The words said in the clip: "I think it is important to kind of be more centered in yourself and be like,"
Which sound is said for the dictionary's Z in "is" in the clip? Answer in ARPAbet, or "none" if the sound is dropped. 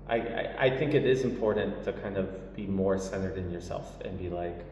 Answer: Z